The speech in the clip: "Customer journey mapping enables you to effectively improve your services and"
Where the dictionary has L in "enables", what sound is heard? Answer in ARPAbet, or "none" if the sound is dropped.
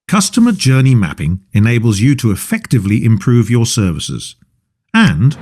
L